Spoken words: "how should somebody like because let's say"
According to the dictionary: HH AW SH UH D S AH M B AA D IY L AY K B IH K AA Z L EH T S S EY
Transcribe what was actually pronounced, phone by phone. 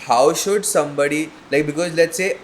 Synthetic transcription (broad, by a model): HH AW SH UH D S AH M B AA D IY L AY K B IH K AA Z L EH T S S EY